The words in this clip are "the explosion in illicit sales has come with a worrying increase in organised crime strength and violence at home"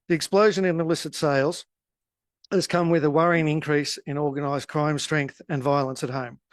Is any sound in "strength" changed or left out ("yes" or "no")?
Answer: no